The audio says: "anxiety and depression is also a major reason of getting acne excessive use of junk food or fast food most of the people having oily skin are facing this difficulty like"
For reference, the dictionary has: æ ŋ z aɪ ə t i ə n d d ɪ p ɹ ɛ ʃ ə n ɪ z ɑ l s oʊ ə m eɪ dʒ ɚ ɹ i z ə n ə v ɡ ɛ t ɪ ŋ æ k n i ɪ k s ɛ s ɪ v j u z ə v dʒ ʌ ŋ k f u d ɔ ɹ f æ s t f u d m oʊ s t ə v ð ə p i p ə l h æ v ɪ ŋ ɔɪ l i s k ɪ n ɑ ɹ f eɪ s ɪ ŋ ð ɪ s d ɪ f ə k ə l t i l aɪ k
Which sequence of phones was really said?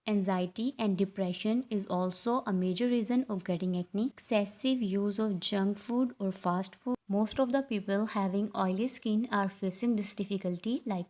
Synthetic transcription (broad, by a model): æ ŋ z aɪ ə t i ə n d d ɪ p ɹ ɛ ʃ ə n ɪ z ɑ l s oʊ ə m eɪ dʒ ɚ ɹ i z ə n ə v ɡ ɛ t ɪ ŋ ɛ n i k s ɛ s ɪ v j u z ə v dʒ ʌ ŋ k f u d ɔ ɹ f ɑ s t f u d m oʊ s t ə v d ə p i p ə l h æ v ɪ ŋ ɔɪ l i s k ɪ n ɑ ɹ f eɪ s ɪ ŋ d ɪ s d ɪ f ə k ə l t i l aɪ k